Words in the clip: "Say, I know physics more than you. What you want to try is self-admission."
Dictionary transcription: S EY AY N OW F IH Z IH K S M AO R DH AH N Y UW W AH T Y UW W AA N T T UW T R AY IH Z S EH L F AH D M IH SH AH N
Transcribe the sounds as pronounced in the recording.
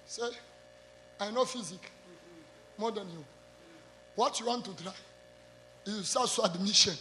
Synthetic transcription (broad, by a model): S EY AY N OW F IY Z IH K M AO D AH N Y UW W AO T Y UW W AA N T T UW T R AY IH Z S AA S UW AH D M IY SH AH N